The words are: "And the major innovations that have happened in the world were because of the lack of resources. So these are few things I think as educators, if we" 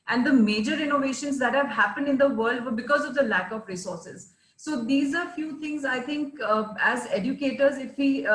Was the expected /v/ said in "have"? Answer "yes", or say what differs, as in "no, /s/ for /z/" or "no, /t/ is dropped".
yes